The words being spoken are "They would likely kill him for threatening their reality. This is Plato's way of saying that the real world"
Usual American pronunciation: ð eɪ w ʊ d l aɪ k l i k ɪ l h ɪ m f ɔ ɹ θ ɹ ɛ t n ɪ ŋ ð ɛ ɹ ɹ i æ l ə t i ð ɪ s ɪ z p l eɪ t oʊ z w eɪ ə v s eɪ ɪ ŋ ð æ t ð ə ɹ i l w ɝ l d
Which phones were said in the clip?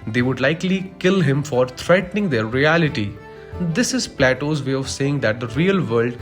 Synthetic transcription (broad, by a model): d eɪ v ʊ d l aɪ k l i k ɪ l h ɪ m f ɔ ɹ t ɹ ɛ t n ɪ ŋ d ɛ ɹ ɹ i æ l ə t i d ɪ s ɪ z p l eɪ t oʊ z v eɪ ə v s eɪ ɪ ŋ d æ t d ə ɹ i l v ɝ l d